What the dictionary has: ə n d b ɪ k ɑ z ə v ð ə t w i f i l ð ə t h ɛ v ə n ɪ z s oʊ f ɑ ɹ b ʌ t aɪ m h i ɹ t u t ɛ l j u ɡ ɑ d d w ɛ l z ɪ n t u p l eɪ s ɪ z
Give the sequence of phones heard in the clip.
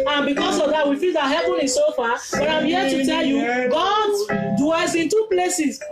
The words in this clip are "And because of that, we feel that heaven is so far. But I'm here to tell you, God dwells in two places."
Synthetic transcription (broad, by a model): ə n b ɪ k ɑ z ə v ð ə t w i f i l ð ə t h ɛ p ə n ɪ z s oʊ f ɑ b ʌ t aɪ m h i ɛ t u t ɛ l j u ɡ ɑ d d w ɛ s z ɪ n t u p l eɪ s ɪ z